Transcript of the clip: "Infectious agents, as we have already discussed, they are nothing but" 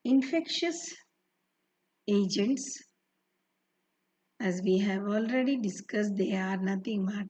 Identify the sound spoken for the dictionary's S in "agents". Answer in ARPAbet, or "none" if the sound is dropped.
S